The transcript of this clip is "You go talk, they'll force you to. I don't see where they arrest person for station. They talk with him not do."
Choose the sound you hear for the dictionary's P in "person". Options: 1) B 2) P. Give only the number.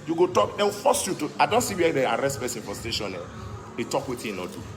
1